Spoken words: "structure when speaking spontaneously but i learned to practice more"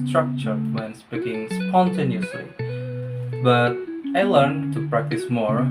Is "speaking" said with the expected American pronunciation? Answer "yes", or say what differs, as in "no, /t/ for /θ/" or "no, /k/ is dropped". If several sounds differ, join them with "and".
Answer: no, /b/ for /p/